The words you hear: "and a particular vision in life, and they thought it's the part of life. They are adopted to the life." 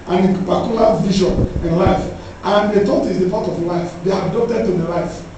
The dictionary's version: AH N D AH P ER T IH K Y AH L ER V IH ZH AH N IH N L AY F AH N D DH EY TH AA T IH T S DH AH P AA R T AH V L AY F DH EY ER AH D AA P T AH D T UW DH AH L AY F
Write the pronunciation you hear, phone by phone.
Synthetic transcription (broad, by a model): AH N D AH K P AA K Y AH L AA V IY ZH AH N IH N L AY F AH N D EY T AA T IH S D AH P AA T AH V L AY F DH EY AH D AA P T AH D T UW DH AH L AY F